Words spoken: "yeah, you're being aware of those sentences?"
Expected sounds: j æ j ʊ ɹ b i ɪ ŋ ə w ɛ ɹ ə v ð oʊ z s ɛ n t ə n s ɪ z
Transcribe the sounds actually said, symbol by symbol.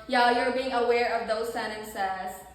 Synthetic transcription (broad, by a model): j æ j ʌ ɹ b i ɪ ŋ ə w ɛ ɹ ə v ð oʊ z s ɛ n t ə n s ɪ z